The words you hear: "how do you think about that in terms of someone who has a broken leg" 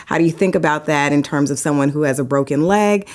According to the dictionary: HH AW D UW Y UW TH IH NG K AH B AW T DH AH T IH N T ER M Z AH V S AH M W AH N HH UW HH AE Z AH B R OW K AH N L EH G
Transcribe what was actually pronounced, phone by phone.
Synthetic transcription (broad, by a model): HH AW D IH Y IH TH IH NG K AH B AW T DH AH T IH N T ER M Z AH V S AH M W AH N HH UW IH Z AH B R OW K AH N L EH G